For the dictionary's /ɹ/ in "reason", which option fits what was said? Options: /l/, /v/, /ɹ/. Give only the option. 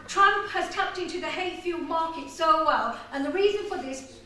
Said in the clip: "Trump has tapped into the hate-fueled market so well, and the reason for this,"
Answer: /ɹ/